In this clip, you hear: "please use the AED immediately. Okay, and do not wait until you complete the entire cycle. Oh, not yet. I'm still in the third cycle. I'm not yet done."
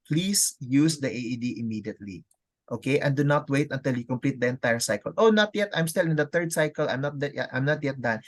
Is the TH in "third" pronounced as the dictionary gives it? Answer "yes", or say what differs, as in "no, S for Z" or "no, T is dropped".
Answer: no, T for TH